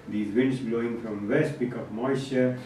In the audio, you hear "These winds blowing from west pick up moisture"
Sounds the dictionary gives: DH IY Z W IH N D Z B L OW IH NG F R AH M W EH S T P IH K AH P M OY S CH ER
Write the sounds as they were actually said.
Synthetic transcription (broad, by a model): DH IY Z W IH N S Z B L OW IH NG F R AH M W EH S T B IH K AH P M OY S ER